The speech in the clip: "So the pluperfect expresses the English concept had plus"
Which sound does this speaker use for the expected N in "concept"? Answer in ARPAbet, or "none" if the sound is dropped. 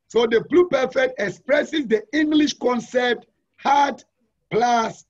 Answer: N